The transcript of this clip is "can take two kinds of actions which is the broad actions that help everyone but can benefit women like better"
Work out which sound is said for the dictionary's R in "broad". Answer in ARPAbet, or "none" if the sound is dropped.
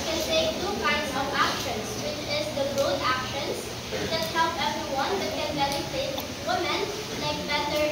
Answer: none